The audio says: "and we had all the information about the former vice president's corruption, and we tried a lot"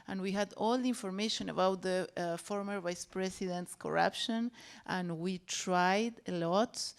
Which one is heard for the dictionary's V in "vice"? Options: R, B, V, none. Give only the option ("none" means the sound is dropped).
V